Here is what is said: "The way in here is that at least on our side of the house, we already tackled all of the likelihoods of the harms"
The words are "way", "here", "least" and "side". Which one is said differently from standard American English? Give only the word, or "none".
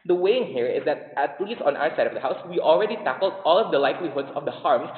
least